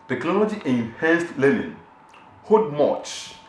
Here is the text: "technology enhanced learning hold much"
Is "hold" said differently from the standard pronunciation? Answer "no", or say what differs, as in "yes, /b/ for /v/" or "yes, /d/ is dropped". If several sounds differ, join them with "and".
yes, /l/ is dropped